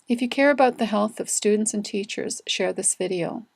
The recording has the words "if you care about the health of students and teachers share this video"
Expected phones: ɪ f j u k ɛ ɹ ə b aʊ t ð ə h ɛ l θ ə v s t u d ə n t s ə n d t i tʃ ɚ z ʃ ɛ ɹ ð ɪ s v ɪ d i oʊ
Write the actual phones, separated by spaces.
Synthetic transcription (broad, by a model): ɪ f j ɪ k ɛ ɹ ə b aʊ t ð ə h ɛ l θ ə v s t u d n t s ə n t i tʃ ɚ z ʃ ɛ ɹ ð ɪ s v ɪ d i oʊ